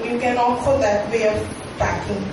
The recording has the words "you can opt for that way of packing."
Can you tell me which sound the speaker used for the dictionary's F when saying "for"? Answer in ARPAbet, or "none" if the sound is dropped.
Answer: P